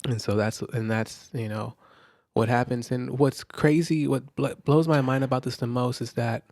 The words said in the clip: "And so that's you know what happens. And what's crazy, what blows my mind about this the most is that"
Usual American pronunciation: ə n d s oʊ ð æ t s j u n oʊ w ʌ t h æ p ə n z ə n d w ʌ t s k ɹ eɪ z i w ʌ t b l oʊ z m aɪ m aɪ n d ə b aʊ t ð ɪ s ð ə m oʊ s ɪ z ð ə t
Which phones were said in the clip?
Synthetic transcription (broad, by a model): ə n s oʊ ð æ t s j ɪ n oʊ w ʌ t h æ p ə n z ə n w ʌ t s k ɹ eɪ z i w ʌ t b l oʊ z m aɪ m aɪ n d ə b aʊ t ð ɪ s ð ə m oʊ s ɪ z ð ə t